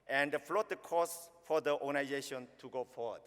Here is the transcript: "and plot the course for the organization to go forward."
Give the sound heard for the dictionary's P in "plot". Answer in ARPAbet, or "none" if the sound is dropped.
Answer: F